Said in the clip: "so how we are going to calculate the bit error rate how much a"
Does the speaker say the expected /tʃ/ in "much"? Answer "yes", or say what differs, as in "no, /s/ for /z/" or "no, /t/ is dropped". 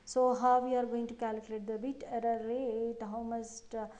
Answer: no, /s/ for /tʃ/